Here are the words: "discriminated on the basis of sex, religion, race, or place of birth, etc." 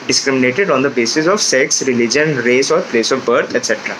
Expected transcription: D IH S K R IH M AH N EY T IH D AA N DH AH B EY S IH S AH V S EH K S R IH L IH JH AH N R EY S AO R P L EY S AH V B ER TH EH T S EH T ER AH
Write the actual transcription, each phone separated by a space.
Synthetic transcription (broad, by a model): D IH S K R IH M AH N EY T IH D AA N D AH B EY S IH S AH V S EH K S R IH L IH JH AH N R EY S AO R P L EY S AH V B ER T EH T S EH T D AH